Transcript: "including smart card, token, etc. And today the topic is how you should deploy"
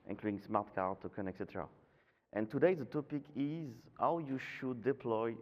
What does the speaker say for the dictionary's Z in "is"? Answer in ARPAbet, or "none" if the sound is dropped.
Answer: Z